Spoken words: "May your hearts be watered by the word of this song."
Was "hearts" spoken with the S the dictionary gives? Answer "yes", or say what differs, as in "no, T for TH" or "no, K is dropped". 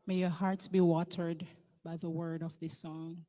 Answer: yes